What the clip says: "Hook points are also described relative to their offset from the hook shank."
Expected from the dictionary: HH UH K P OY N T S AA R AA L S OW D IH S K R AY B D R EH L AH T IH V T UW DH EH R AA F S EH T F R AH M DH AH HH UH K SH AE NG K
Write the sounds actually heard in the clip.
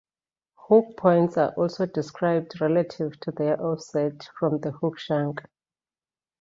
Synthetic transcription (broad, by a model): HH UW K P OY N T S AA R AA L S OW D IH S K R AY B D R EH L AH T IH V T UW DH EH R AA F S EH T F R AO M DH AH HH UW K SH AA NG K